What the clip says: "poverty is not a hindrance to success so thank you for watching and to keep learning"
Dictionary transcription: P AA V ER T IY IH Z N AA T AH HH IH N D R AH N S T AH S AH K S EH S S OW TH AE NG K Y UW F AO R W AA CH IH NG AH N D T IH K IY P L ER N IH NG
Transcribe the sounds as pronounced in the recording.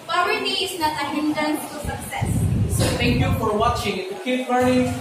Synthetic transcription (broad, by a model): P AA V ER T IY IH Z N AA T AH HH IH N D AH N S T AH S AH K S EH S S OW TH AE NG K Y UW F AO R W AA CH IH NG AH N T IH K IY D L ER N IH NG